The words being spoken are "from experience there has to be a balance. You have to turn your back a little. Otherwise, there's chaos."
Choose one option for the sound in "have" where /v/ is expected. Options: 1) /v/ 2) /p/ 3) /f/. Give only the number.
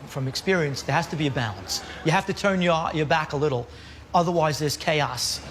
3